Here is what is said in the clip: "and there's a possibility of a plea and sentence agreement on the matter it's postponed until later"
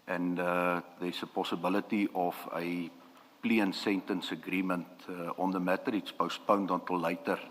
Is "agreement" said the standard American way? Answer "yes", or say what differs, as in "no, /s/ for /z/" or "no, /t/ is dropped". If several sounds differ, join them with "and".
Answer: yes